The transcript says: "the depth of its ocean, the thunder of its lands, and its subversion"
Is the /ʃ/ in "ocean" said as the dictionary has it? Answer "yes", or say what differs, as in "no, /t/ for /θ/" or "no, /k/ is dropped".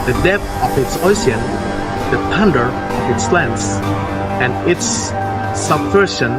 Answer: no, /s/ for /ʃ/